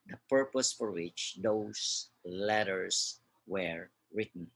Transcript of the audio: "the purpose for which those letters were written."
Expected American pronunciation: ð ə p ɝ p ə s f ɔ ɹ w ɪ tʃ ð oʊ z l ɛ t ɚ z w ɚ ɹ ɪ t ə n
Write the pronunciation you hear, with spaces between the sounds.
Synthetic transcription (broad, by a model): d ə p ɝ p ə s f ɔ ɹ w ɪ tʃ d oʊ s l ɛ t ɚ s w ɚ ɹ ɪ t n